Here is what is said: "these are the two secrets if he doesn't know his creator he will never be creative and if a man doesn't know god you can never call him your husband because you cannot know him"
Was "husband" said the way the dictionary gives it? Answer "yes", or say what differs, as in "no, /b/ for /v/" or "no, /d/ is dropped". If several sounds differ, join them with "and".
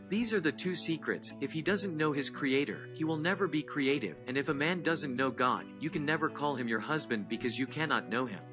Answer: yes